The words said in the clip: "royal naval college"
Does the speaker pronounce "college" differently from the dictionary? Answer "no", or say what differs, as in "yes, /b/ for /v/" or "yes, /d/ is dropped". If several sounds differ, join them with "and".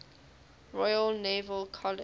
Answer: yes, /dʒ/ is dropped